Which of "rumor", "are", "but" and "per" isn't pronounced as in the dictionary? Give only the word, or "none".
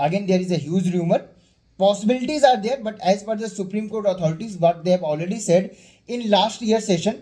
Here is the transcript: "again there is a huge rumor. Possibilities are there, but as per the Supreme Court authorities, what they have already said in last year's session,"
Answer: per